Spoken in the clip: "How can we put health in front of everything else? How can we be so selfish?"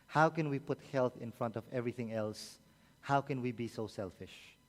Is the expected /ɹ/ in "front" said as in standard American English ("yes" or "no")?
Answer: yes